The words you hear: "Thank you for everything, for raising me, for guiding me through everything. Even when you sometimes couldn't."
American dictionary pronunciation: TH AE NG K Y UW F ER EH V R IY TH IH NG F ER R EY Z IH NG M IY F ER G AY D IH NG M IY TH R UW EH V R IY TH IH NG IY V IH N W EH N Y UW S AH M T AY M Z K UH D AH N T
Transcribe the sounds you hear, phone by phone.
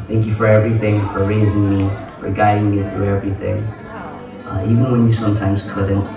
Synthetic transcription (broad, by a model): TH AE NG K Y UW F ER EH V R IY TH IH NG F ER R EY Z IH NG M IY F ER G AY D IH NG M IY TH R UW EH V R IY TH IH NG IY V IH N W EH N Y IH S AH M T AY M Z K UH D N T